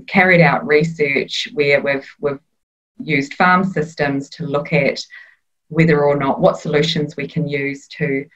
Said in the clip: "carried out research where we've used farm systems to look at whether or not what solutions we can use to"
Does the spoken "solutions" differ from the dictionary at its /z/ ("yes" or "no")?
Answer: no